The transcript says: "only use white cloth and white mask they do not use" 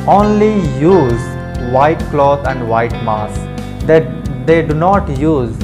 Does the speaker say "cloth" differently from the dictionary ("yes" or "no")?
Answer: yes